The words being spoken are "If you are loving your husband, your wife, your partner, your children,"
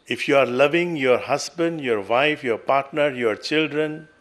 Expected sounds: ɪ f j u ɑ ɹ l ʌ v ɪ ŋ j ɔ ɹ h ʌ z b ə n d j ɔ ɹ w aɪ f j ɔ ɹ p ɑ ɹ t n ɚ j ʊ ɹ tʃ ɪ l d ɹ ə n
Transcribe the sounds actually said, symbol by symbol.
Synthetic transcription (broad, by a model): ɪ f j u ɑ ɹ l ʌ v ɪ ŋ j ɔ ɹ h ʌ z b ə n d j ɔ ɹ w aɪ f j ɔ ɹ p ɑ ɹ t n ɚ j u ɹ tʃ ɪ l d ɹ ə n